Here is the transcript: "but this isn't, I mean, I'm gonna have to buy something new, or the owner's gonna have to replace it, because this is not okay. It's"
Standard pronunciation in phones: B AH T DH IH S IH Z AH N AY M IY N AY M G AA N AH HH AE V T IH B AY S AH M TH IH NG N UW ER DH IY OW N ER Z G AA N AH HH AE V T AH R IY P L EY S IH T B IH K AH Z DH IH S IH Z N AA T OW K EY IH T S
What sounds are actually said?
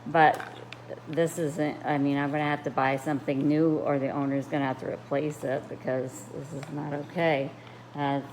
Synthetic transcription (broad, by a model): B AH T DH IH S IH Z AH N AY M IY N AY M G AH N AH HH AE F T IH B AY S AH M TH IH NG N UW ER DH IY OW N ER Z G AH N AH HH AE F T AH R IY P L EY S IH T B IH K AH Z DH IH S IH Z N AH T OW K EY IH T